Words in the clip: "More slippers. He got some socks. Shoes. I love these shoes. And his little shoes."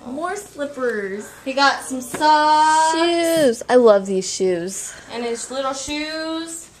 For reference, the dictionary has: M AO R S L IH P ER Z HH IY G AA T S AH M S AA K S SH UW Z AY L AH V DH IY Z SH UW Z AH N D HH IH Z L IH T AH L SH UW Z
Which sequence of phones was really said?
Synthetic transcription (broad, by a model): M AO R S L IH P ER Z HH IY G AA T S AH M S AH SH UW Z AY L AH V DH IY Z SH UW Z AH N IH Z L IH T L SH UW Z